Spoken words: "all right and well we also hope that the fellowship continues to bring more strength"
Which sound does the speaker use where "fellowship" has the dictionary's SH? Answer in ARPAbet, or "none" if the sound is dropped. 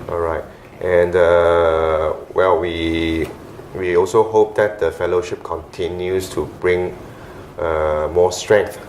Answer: SH